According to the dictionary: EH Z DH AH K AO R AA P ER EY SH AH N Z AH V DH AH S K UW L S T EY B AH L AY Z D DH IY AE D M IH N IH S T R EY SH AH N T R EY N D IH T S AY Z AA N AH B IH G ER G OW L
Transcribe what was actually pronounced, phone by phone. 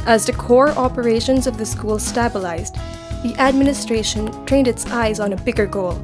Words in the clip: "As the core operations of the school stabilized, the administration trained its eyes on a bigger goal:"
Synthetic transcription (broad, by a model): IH Z DH AH K AO R AA P ER EY SH AH N Z AH V DH AH S K UW L S T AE B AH L AY Z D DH IY AE D M IH N IH S T R EY SH AH N T R EY N D IH T S AY Z N AH B IH G ER G OW L